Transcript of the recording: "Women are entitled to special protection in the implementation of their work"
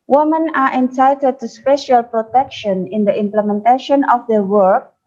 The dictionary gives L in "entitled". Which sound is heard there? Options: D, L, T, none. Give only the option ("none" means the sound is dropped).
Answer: none